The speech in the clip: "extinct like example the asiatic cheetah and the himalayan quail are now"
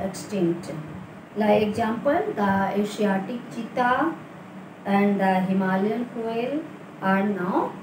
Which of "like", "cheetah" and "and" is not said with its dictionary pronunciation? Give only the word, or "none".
like